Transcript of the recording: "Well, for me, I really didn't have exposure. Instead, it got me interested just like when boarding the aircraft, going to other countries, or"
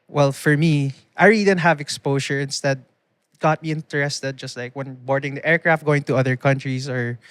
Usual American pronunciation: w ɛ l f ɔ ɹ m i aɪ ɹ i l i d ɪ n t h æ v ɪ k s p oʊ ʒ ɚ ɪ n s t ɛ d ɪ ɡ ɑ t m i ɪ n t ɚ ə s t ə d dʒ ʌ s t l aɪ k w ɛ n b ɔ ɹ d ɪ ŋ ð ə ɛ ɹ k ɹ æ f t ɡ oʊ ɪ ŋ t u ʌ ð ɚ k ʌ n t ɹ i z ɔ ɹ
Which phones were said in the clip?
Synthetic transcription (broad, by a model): w ɛ l f ɔ ɹ m i aɪ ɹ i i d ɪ n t h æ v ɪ k s p oʊ ʃ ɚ ɪ n s t ɛ d ɡ ɑ t m i ɪ n t ɚ ə s t ə d dʒ ʌ s t l aɪ k w ɛ n b ɔ ɹ d ɪ ŋ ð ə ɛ ɹ k ɹ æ f t ɡ oʊ ɪ ŋ t u ʌ ð ɚ k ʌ n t ɹ i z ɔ ɹ